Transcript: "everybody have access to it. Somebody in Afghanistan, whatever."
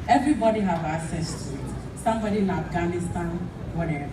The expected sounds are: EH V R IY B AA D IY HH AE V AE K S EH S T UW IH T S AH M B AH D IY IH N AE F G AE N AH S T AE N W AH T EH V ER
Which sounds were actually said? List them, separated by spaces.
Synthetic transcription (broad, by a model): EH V R IY B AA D IY HH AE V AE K S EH S T UW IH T S AH M B AH D IY IH N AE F G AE N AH S T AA N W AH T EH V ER